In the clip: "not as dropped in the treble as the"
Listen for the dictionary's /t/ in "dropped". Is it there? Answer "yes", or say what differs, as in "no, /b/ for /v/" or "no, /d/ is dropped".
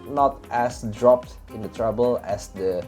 yes